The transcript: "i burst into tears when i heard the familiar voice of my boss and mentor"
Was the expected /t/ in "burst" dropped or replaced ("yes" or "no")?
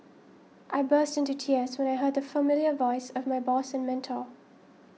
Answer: no